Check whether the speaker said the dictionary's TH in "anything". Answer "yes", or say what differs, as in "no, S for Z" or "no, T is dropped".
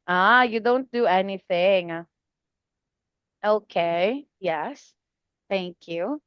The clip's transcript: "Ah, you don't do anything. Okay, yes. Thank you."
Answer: yes